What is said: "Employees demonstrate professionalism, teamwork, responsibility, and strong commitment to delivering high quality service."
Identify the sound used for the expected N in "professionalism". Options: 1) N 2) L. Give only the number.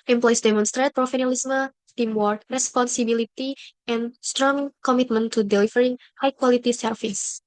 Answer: 2